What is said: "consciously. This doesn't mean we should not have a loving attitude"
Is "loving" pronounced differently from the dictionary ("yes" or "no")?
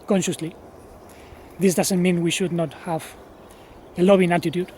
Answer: yes